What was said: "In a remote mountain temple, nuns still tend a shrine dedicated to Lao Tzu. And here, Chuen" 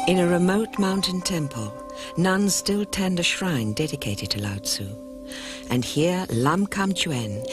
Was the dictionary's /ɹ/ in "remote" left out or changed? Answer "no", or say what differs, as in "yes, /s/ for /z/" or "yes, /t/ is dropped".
no